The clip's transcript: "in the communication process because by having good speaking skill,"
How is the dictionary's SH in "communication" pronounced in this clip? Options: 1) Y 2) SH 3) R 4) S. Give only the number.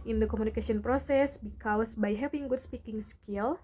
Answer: 4